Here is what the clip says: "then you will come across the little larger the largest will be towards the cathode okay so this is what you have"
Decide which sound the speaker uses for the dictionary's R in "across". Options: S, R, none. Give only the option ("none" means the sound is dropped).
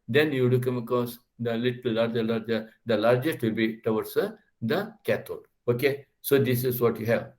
none